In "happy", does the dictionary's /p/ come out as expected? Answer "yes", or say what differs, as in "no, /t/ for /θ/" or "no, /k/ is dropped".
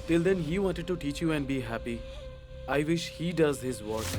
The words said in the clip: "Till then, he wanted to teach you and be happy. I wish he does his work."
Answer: yes